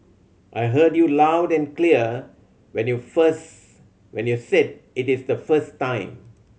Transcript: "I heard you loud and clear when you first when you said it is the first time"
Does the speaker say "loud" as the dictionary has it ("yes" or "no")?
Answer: yes